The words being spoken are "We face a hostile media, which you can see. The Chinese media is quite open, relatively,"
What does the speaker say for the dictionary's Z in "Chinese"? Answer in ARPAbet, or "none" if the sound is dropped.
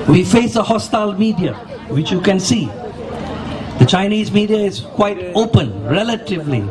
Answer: Z